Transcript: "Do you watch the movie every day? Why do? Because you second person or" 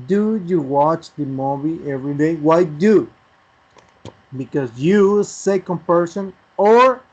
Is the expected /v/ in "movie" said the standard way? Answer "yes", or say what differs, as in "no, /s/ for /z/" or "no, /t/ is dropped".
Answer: no, /b/ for /v/